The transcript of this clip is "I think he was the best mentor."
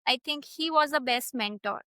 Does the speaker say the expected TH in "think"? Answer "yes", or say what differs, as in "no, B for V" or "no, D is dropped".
no, T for TH